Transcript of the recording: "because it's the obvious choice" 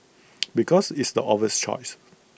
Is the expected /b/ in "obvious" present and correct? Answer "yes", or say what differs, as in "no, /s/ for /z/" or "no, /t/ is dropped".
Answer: no, /b/ is dropped